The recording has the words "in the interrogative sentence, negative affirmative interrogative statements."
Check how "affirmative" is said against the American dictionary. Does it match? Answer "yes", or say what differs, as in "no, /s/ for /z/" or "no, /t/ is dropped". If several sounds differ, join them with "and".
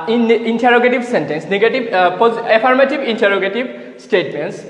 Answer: no, /p/ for /f/ and /b/ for /v/